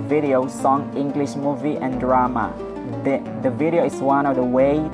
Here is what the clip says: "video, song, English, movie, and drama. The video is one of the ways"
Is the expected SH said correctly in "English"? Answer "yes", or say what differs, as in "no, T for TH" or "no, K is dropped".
yes